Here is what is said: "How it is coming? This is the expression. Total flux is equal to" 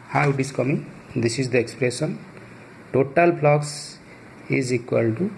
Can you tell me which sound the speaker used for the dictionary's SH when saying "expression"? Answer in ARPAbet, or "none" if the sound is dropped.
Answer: S